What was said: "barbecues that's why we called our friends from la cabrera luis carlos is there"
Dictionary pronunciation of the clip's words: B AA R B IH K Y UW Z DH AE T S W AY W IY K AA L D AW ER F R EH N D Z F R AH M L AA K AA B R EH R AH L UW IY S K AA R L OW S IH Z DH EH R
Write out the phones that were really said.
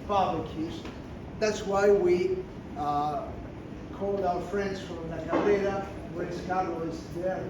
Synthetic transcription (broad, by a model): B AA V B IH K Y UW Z DH AE T S W AY W IY K AA L D AW ER F R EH N D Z F R AH M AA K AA R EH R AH W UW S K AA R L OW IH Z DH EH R